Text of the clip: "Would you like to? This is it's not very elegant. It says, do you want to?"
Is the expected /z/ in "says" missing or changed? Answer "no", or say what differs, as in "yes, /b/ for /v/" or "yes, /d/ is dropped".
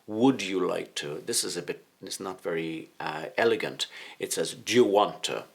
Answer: no